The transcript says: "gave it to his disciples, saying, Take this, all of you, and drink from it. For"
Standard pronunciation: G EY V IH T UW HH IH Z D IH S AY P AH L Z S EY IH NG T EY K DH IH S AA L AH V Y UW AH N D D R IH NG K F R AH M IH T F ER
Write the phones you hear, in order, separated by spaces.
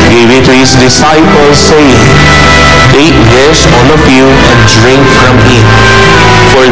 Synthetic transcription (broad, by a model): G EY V IH T UW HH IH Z D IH S AY P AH L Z S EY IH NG T EY K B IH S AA N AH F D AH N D D R IH NG K F R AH M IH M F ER